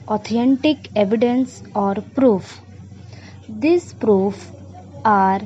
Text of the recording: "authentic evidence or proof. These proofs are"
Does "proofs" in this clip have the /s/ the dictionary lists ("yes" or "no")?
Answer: no